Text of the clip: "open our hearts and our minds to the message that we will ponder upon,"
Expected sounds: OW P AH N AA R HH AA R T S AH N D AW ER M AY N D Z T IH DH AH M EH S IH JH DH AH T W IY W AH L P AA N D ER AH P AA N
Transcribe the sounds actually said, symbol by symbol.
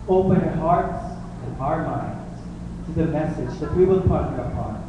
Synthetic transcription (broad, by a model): OW P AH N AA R HH AA R T S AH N AW ER M AY N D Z T IH DH AH M EH S IH JH DH AH T W IY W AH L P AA D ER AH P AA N